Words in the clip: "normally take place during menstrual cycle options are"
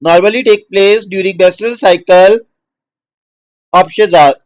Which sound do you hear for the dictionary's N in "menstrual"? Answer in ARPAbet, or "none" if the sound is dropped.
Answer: none